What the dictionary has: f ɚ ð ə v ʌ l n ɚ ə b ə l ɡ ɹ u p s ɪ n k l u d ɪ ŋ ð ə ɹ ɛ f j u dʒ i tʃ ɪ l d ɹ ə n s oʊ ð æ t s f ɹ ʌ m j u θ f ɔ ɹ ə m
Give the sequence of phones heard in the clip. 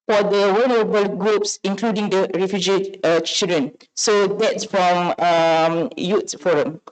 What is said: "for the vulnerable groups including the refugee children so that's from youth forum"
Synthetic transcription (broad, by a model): f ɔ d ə w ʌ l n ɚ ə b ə l ɡ ɹ u p s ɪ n k l u d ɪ ŋ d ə ɹ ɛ f j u dʒ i tʃ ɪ l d ɹ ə n s oʊ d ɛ t s f ɹ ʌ m j u t f ɔ ɹ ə m